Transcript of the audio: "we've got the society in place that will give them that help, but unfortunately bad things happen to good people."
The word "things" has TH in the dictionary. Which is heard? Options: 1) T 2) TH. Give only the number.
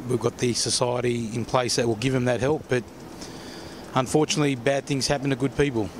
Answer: 2